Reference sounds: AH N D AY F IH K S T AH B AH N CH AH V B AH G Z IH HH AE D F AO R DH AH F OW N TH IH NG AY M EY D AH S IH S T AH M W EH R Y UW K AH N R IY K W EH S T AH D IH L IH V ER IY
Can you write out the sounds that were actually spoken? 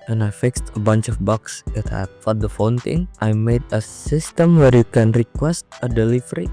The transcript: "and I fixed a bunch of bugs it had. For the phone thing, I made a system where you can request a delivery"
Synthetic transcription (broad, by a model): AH N AY F IH K S T AH B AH N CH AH F B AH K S IH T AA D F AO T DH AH F OW N T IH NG AY M EY D AH S IH S T AH M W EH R Y UW K AH N R IY K W EH S T AH D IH L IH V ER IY